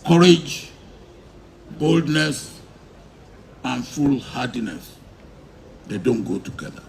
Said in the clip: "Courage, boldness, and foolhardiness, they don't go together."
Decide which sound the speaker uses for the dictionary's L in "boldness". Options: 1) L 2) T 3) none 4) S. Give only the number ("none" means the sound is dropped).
1